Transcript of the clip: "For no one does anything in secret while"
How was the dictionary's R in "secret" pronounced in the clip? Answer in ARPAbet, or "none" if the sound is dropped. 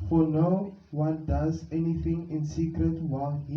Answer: R